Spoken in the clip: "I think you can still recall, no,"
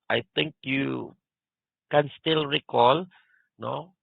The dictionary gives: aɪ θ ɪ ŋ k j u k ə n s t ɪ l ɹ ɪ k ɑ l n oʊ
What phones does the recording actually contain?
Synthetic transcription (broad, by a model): aɪ t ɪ ŋ k j u k ə n s t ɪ l ɹ ɪ k ɑ l n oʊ